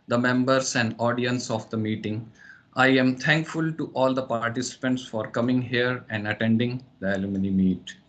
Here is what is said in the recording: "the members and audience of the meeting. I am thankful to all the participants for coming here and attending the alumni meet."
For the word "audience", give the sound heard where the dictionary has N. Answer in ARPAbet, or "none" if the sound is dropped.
N